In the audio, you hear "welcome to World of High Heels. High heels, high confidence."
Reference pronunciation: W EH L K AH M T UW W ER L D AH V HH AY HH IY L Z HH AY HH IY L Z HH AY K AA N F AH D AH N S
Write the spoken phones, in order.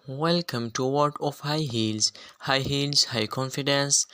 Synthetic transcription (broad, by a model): W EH L K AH M T UW W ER D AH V HH AY HH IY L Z HH AY HH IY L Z HH AY K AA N F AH D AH N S